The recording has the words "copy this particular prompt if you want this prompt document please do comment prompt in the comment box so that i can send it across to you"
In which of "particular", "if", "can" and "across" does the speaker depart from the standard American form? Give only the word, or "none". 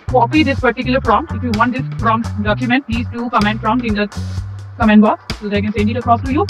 none